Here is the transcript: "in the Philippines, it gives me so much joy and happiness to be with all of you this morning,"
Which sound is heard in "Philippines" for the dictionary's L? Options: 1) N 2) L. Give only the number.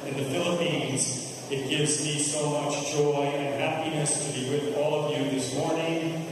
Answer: 2